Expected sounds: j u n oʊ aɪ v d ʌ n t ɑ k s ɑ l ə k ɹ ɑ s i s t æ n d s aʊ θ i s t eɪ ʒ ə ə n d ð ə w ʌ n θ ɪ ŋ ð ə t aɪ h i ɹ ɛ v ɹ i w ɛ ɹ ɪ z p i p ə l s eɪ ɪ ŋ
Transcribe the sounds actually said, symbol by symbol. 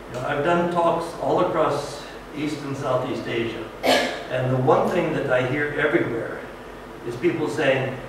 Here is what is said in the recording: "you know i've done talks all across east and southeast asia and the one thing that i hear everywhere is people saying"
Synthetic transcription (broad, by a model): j n oʊ aɪ v d ʌ n t ɑ k s ɑ l ə k ɹ ɑ s i s t n s aʊ θ i s t eɪ ʒ ə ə n ð ə w ʌ n θ ɪ ŋ ð ə t aɪ h i ɹ ɛ v ɹ i w ɛ ɹ ɪ z p i p l s eɪ ɪ ŋ